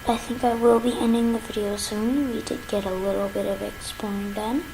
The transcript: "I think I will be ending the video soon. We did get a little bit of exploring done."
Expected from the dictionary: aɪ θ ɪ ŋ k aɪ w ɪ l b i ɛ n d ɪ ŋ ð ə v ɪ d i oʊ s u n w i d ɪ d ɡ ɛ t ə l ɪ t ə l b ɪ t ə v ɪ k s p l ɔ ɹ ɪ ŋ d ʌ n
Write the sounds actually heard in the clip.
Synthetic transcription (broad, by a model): aɪ θ ɪ ŋ k aɪ w ɪ l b i ɛ n d ɪ ŋ ð ə v ɪ d i oʊ s u n w i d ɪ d ɡ ɛ t ə l ɪ t l b ɪ t ə v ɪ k s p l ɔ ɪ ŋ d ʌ n